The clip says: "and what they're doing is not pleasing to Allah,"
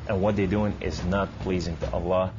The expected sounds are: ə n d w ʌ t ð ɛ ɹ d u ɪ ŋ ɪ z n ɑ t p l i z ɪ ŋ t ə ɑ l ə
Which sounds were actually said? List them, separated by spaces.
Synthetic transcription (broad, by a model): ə n w ʌ t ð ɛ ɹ d u ɪ ŋ ɪ z n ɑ t p l i z ɪ ŋ t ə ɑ l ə